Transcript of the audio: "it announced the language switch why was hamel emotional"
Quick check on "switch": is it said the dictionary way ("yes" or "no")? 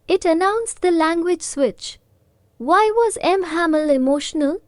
yes